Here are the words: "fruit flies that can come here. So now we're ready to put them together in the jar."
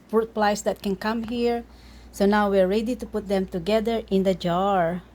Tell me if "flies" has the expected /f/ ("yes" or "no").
no